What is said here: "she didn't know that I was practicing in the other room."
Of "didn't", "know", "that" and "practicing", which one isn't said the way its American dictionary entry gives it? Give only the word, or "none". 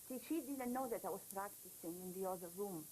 none